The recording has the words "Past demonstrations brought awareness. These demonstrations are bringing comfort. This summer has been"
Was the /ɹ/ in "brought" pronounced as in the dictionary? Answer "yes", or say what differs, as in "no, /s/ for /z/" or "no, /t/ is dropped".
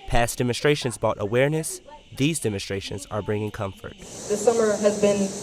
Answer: no, /ɹ/ is dropped